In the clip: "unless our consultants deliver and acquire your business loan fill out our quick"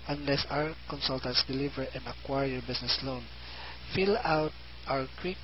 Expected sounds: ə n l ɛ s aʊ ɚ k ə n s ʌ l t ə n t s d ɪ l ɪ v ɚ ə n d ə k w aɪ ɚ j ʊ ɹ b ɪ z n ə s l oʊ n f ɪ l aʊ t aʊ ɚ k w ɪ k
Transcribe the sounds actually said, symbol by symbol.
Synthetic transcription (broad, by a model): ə n l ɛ s aʊ ɚ k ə n s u l t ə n t s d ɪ l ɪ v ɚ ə n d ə k w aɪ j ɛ ɹ b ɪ s n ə s l oʊ n f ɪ l aʊ t aʊ ɚ k w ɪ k